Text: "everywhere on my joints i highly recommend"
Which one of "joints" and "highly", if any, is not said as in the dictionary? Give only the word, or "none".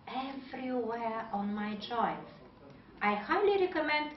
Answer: joints